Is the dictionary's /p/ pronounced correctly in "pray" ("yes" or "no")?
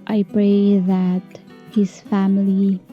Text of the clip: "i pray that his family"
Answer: no